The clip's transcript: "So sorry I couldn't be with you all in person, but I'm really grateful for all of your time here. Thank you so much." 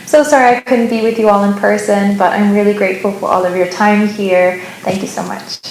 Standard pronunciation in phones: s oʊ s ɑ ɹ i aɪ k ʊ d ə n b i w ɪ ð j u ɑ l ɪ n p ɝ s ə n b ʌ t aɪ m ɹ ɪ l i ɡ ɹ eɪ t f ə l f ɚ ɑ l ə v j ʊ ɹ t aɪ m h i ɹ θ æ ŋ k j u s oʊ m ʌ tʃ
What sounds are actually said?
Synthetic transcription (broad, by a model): s oʊ s ɑ ɹ i aɪ k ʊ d n b i w ɪ ð j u ɑ l ɪ n p ɝ s ə n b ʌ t aɪ m ɹ ɪ l i ɡ ɹ eɪ t f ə l f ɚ ɑ l ə v j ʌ ɹ t aɪ m h i ɹ θ æ ŋ k j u s oʊ m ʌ tʃ